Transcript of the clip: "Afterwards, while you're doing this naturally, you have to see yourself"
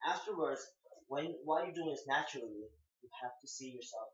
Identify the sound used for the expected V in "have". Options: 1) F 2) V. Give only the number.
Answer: 1